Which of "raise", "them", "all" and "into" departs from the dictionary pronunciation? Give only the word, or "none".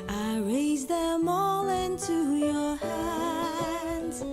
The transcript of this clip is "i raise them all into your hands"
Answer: none